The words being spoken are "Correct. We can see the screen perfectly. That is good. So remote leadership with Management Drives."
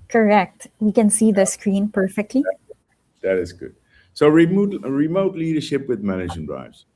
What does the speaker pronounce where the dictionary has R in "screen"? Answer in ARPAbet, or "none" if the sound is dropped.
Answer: R